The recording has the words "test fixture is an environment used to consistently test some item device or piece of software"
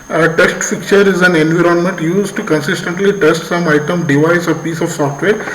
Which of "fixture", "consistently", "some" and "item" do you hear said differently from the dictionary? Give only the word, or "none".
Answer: fixture